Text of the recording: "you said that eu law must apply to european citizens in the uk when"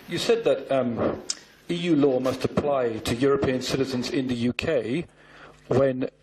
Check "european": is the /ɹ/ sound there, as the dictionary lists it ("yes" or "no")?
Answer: yes